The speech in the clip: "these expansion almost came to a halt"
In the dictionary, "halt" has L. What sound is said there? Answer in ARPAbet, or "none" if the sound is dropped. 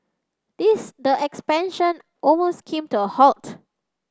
L